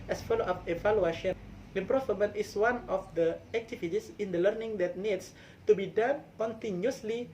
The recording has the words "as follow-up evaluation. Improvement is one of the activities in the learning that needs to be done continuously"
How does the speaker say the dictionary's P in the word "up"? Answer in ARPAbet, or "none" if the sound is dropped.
F